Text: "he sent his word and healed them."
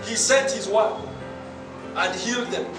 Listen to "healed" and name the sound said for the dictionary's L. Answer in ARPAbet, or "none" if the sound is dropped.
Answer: L